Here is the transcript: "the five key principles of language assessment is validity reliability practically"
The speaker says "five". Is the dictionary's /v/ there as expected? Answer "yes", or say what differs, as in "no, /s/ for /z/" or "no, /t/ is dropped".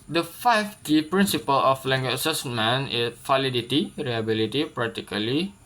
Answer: no, /f/ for /v/